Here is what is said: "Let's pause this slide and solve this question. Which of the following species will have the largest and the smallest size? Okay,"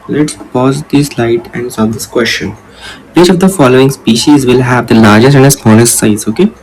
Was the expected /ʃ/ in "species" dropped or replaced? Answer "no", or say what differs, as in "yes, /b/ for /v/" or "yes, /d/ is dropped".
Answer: no